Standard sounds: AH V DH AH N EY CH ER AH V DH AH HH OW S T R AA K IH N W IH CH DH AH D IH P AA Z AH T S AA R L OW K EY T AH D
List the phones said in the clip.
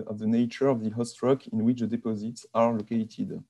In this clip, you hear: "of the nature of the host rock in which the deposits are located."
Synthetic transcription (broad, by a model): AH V DH AH N EY CH ER AH V DH AH HH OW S T R AA K IH N W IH CH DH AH D IH P AA Z AH T S AA R L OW K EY T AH D